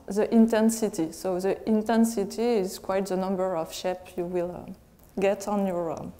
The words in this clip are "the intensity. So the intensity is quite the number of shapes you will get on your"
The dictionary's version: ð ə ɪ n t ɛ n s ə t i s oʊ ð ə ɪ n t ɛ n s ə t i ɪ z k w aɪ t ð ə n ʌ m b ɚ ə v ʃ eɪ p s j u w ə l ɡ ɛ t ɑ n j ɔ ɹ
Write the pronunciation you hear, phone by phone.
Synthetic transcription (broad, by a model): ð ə ɪ n t ɛ n s ə t i s oʊ ð ə ɪ n t ɛ n s ə t i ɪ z k w aɪ t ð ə n ʌ m b ɚ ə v ʃ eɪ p j u w ə l ɡ ɛ t ɑ n j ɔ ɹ